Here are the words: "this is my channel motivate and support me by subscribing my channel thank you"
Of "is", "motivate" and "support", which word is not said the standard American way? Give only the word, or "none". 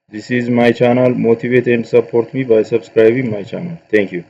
none